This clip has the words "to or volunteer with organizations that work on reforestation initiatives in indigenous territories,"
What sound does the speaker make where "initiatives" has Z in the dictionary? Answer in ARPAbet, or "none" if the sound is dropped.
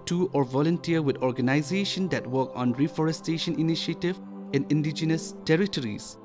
none